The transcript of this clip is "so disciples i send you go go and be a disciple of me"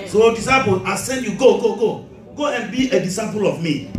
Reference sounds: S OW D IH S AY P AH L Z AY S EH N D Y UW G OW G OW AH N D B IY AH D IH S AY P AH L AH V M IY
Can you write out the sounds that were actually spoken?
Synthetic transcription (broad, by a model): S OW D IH S AY P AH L AY S EH N D Y UW G OW G OW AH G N B IY AH D IH S AY P AH L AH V M IY